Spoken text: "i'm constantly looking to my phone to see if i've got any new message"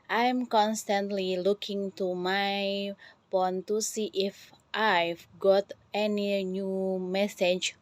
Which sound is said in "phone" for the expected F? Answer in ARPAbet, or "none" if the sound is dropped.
P